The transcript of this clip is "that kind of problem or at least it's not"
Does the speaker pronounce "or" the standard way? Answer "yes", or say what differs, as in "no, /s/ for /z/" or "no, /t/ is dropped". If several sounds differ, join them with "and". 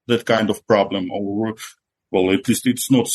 no, /l/ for /ɹ/